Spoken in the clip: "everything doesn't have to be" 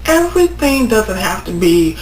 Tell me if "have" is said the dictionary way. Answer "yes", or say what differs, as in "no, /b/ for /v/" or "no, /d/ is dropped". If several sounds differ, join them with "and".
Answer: no, /f/ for /v/